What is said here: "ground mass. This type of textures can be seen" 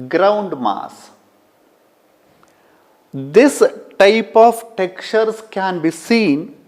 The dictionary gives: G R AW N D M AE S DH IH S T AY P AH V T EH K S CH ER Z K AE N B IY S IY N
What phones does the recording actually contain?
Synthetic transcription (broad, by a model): G R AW N D M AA S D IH S T AY P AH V T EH K CH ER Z K AE N B IY S IY N